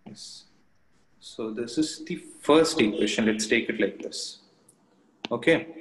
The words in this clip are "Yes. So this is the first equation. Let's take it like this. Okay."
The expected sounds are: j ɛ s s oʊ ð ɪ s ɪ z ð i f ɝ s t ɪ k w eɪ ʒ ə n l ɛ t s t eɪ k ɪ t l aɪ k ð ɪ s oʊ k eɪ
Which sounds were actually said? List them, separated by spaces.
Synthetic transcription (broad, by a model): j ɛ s s oʊ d ɪ s ɪ z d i f ɝ s t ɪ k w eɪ s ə n l ɛ t s t eɪ k ɪ t l aɪ k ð ɪ s oʊ k eɪ